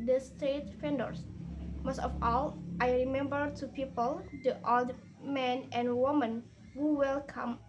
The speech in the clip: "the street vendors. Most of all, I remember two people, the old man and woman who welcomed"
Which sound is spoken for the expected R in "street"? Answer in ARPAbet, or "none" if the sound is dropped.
none